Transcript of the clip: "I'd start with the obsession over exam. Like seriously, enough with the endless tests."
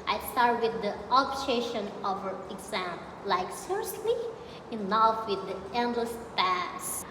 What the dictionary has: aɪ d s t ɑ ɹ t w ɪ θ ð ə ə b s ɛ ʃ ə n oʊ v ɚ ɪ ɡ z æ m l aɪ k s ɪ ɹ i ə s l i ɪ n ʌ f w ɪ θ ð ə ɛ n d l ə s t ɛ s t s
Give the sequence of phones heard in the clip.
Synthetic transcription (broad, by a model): aɪ s t ɑ ɹ t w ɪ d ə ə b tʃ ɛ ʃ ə n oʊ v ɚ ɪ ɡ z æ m l aɪ k s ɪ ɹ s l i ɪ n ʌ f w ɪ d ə ɛ n d l ə s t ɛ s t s